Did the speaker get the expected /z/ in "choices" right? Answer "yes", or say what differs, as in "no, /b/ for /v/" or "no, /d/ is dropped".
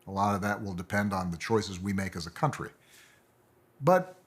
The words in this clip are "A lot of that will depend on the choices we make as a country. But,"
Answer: yes